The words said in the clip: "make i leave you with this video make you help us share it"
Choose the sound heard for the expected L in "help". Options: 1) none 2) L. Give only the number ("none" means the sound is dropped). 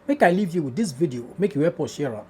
1